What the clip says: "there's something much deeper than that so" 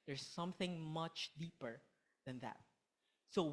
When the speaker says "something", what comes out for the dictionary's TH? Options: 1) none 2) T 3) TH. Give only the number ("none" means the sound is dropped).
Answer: 3